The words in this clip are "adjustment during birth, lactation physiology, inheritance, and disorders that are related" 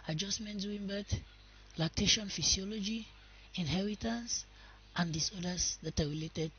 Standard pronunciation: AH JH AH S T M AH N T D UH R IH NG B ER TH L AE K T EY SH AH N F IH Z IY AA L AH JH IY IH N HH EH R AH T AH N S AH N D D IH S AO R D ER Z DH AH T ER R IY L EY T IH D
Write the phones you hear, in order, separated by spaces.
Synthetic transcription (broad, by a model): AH JH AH S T M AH N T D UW W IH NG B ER T L AE K T EY SH AH N F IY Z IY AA L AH JH IY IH N HH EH R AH T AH N S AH N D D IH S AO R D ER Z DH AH T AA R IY L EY T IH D